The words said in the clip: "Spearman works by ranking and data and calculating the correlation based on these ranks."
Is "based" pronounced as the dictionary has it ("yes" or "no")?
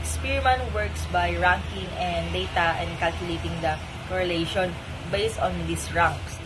yes